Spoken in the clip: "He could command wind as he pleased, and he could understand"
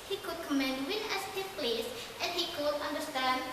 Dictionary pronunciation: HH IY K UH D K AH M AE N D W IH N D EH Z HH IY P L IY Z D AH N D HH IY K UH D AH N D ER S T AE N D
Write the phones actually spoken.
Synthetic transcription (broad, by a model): HH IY K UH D K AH M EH N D W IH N EH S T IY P L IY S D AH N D HH IY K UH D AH N D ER S T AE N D